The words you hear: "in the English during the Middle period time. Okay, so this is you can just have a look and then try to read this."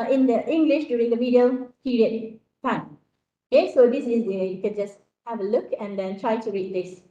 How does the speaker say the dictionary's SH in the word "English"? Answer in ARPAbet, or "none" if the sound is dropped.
SH